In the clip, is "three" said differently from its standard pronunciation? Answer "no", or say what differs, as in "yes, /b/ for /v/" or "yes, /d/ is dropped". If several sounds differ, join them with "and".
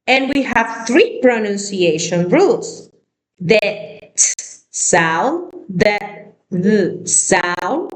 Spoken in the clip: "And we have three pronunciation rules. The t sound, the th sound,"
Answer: no